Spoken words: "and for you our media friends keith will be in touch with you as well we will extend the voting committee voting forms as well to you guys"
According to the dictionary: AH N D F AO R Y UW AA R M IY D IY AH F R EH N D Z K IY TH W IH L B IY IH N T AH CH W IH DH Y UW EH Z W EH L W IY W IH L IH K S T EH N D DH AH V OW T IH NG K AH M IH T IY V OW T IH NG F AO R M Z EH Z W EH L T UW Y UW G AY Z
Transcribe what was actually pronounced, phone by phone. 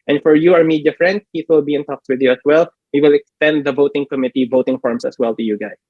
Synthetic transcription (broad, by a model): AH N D F AO R Y UW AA R M IY D IY AH F R EH N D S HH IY S W IH L B IY IH N T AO S W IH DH Y UW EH S W EH L W IY W IH L IH K S T EH N D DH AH V OW T IH NG K AH M IH T IY V OW T IH NG F AO R M S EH S W EH L T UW Y UW G AY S